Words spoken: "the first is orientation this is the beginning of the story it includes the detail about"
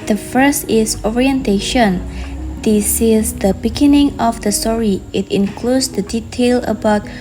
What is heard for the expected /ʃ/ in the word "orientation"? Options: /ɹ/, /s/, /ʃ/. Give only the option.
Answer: /ʃ/